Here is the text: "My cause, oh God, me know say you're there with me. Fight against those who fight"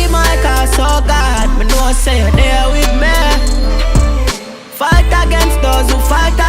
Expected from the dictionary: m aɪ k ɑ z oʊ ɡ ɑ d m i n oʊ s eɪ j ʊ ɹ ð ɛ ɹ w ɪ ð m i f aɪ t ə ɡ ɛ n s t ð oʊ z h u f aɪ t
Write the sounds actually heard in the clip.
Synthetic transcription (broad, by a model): m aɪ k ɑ s oʊ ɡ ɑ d m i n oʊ s eɪ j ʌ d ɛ w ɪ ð m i f aɪ t ə ɡ ɛ n s t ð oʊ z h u f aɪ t